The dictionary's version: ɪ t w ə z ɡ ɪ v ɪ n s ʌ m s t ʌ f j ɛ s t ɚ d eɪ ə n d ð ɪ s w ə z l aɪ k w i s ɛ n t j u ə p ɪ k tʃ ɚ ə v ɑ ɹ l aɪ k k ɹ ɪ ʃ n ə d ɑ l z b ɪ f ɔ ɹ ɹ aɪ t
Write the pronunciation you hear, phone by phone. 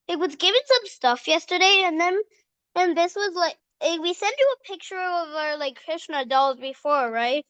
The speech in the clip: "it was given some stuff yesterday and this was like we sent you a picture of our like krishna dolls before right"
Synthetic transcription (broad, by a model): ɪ t w ə z ɡ ɪ v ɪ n s ʌ m s t ʌ f j ɛ s t ɚ d eɪ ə n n ð ɪ s w ə z l aɪ k w i s ɛ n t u ə p ɪ k tʃ ɚ ə v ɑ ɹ l aɪ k k ɹ ɪ ʃ n ə d ɑ l z b ɪ f ɔ ɹ ɹ aɪ t